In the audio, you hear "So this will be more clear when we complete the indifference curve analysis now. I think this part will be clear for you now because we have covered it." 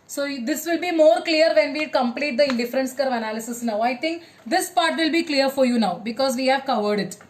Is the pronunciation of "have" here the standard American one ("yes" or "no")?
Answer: yes